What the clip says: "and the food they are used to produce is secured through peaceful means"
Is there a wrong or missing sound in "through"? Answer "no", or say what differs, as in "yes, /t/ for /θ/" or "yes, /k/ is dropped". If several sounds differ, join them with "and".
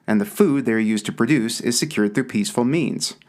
no